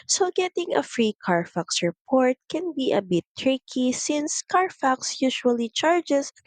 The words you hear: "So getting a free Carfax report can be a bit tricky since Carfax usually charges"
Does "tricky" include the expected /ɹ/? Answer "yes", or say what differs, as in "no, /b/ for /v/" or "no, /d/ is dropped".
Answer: yes